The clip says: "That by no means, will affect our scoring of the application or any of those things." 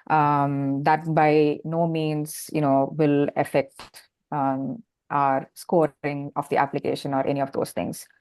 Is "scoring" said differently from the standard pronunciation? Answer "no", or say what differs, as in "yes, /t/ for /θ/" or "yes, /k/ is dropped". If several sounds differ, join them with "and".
no